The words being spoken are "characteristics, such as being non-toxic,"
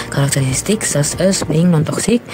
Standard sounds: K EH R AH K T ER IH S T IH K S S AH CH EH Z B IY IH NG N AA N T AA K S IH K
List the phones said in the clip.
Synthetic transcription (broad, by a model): K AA R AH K T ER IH S T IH K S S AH S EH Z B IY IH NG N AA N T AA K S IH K